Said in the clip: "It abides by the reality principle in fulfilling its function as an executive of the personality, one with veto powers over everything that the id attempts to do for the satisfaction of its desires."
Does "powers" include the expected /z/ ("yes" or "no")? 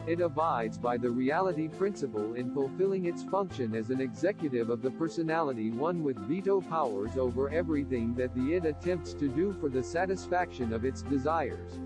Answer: yes